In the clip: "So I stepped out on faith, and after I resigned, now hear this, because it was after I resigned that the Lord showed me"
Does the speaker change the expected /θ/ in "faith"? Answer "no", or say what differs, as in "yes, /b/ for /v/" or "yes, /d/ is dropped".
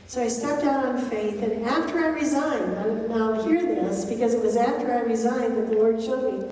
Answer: no